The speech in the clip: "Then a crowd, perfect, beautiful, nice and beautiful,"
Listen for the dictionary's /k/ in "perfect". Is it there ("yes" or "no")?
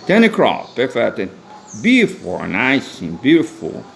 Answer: no